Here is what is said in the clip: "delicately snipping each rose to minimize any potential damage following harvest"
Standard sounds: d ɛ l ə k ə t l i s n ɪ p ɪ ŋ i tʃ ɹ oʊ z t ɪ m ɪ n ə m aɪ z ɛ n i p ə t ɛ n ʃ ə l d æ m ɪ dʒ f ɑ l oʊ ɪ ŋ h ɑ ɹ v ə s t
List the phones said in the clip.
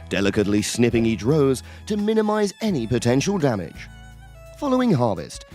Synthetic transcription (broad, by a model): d ɛ l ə k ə t l i s n ɪ p ɪ ŋ i tʃ ɹ oʊ z t ɪ m ɪ n ə m aɪ z ɛ n i p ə t ɛ n ʃ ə l d æ m ɪ dʒ f ɑ l oʊ ɪ ŋ h ɑ ɹ v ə s t